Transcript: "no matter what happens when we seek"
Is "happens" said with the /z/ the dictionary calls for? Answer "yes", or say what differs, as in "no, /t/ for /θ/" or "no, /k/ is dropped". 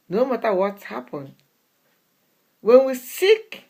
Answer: no, /z/ is dropped